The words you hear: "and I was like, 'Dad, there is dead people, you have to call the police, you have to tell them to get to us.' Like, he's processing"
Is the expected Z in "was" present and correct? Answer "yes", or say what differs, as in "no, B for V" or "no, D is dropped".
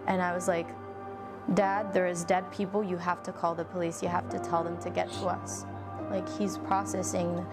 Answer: yes